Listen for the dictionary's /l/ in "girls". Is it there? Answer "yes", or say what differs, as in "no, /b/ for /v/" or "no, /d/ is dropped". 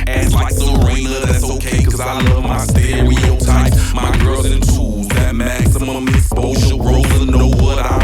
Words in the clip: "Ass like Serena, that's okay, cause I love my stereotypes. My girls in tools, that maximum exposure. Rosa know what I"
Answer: no, /l/ is dropped